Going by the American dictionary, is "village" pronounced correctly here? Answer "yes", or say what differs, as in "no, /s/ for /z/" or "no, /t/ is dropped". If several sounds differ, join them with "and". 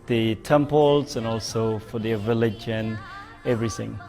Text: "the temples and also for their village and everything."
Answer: yes